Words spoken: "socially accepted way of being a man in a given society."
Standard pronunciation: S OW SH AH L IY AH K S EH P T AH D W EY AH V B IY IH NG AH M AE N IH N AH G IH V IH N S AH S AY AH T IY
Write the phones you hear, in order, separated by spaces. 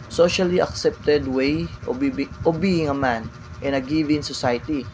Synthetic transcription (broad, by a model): S OW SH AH L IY AH K S EH P T AH D W EY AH B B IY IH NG AH M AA N IH N AH G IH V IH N S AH S AY T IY